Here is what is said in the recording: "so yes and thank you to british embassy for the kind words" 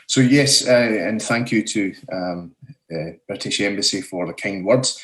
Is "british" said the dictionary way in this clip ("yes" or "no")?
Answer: yes